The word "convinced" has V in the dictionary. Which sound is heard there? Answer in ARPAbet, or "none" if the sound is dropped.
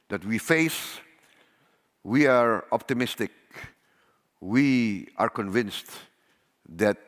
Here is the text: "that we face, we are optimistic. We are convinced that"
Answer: V